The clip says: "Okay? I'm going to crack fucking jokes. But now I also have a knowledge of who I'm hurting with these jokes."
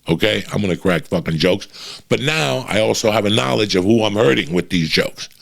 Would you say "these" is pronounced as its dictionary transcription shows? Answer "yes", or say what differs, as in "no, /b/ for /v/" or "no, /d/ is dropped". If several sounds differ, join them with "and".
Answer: yes